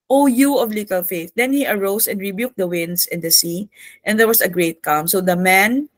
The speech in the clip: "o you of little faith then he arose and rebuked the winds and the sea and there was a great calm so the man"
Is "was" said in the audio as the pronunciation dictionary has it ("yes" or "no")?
no